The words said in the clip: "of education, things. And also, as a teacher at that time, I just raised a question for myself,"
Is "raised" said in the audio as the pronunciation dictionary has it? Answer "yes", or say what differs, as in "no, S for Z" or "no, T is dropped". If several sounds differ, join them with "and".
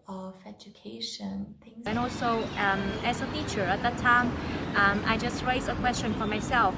no, D is dropped